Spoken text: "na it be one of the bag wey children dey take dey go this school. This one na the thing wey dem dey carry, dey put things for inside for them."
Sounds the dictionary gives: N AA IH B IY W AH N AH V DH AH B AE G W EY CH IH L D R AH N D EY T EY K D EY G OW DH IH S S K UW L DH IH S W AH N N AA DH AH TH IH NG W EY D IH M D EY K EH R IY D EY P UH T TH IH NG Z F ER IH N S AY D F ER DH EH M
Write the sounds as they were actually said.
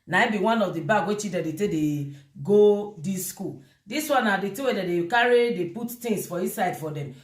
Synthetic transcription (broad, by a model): N AA IH B IY W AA N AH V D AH B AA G W EY CH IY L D AH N D EY T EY D EY G OW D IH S S K UW L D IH S W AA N N AA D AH T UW W EY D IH D EY K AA R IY D EY P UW T T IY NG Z F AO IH S AY D F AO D EH M